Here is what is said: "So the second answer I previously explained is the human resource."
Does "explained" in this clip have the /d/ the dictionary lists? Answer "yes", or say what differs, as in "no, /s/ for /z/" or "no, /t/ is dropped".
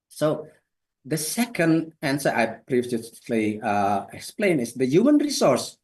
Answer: no, /d/ is dropped